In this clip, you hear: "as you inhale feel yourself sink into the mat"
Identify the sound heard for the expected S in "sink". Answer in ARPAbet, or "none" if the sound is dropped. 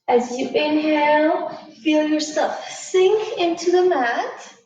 S